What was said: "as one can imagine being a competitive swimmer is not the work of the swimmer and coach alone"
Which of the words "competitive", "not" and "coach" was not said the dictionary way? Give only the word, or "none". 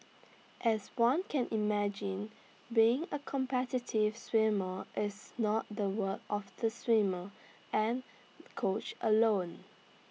none